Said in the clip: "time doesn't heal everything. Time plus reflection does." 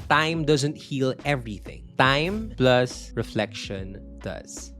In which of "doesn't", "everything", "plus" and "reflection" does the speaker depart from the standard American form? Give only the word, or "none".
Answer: none